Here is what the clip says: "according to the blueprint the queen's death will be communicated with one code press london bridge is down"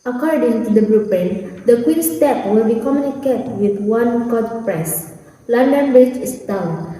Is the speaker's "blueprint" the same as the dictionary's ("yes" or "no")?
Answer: no